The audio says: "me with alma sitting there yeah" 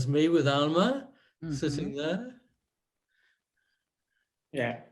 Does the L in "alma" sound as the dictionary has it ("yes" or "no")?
yes